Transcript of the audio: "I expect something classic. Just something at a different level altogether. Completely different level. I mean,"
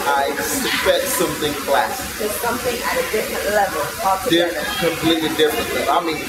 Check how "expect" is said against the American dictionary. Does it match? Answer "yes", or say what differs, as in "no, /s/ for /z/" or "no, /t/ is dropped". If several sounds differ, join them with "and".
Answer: no, /k/ is dropped and /f/ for /p/